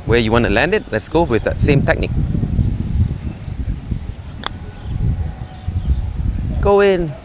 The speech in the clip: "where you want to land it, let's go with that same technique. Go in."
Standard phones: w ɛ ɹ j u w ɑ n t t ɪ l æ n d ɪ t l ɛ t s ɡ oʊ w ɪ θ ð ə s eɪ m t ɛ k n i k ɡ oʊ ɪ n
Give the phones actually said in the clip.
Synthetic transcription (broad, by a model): w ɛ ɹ j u w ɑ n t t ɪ l æ n d ɪ t l ɛ t s ɡ oʊ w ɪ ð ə s eɪ m t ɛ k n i k ɡ oʊ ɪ n